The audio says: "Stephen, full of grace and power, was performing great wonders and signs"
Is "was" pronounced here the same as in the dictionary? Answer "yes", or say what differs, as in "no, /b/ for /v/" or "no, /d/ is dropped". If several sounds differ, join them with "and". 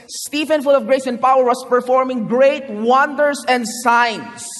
no, /s/ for /z/